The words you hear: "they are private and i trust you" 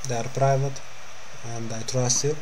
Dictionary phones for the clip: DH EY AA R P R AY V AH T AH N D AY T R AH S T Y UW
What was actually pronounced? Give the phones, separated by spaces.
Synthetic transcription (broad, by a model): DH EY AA R P R AY V AH T AH N D AY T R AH S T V